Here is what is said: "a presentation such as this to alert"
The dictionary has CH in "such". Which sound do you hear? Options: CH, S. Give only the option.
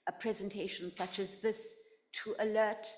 CH